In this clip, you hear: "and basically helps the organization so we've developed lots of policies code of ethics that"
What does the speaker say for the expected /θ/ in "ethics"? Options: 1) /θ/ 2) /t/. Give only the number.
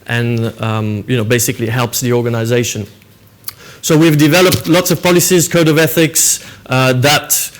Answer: 1